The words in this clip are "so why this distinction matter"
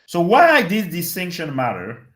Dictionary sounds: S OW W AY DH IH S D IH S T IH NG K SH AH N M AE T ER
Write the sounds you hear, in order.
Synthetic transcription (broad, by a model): S OW W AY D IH D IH S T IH NG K SH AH N M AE T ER